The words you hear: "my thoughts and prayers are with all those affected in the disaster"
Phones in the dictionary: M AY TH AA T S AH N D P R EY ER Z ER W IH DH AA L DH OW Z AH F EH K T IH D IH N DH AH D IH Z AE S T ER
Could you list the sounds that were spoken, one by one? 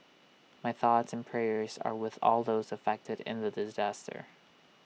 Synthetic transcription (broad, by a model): M AY TH AA T S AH N P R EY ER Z ER W IH DH AA L DH OW Z AH F EH K T IH D IH N DH AH D IH Z AE S T ER